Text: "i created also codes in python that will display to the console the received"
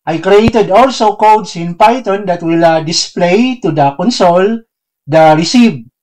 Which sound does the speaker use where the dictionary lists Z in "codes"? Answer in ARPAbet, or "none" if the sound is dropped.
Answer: S